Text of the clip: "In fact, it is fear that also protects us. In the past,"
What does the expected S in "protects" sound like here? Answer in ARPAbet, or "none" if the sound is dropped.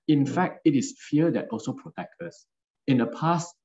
none